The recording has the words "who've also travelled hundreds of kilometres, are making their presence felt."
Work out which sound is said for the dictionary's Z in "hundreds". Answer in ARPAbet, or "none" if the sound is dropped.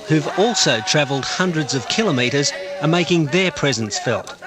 Z